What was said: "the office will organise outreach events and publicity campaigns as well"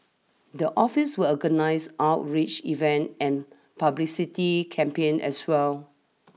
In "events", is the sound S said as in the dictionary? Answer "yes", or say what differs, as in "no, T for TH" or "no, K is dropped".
no, S is dropped